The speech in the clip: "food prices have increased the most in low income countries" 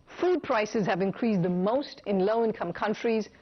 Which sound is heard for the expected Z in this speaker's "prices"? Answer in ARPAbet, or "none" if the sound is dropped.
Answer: Z